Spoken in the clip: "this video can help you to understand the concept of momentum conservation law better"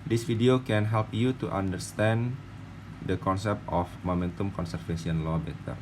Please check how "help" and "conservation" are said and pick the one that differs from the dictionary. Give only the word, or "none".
conservation